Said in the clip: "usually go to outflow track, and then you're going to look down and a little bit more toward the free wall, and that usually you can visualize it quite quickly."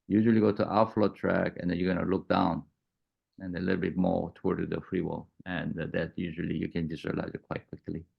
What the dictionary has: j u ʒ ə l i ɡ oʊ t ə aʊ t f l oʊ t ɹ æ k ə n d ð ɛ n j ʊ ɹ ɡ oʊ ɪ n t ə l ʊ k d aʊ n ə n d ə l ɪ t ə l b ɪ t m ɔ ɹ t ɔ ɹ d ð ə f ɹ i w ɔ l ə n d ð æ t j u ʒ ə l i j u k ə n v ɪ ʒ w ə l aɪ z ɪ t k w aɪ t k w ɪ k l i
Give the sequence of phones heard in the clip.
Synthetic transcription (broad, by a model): j u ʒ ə l i ɡ oʊ t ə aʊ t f l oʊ t ɹ æ k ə n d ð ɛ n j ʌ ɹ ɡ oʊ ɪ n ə l ʊ k d aʊ n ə n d ə l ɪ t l b ɪ t m ɔ ɹ t ɔ ɹ d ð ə f ɹ i w ɔ l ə n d ð æ t j u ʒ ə l i j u k ə n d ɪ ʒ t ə l aɪ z ɪ t k w aɪ t k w ɪ k l i